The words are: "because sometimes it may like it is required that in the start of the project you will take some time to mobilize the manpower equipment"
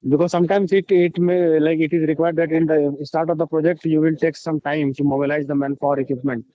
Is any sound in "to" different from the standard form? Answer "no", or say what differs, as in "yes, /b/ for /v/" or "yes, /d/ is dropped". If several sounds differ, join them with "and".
yes, /s/ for /t/